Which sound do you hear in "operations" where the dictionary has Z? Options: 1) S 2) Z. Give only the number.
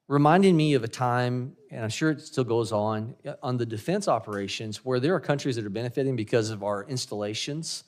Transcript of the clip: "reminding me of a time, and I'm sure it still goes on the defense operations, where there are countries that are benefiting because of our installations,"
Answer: 2